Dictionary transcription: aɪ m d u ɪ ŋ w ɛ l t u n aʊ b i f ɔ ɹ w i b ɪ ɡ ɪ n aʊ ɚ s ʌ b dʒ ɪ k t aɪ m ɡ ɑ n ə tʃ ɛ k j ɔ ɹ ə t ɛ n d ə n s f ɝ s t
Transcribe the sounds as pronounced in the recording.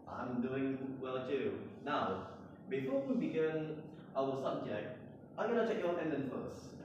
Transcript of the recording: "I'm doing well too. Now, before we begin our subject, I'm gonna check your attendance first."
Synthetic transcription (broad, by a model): aɪ m d u ɪ ŋ w ɛ l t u n aʊ b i f ɔ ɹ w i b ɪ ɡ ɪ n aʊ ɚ s ʌ b dʒ ɪ k t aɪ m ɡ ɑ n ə tʃ ɛ k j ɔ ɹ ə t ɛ n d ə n f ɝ s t